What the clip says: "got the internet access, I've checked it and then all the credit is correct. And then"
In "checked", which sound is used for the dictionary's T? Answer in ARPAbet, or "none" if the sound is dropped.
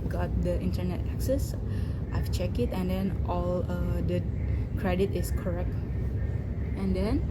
none